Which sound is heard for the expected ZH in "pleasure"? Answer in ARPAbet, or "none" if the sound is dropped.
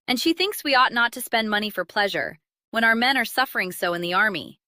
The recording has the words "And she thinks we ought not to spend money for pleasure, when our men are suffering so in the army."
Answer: ZH